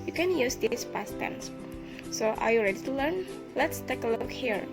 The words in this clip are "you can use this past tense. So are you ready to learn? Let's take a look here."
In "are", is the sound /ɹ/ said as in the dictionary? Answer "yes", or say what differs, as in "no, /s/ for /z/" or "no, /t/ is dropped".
yes